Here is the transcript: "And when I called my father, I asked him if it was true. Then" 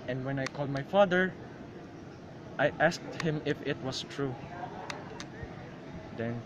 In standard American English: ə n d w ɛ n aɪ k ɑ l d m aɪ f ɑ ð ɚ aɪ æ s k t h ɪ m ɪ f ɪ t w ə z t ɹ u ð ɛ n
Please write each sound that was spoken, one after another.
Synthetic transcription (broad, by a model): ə n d w ɛ n aɪ k ɑ l d m aɪ f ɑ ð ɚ aɪ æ s k t h ɪ m ɪ f ɪ t w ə s t ɹ u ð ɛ n